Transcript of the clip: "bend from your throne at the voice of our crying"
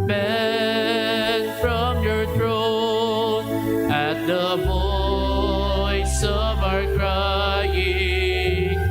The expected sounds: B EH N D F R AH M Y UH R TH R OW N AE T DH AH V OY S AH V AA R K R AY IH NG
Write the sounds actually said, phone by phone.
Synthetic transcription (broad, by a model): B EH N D F R AH M Y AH R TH R OW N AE T DH AH B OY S AH V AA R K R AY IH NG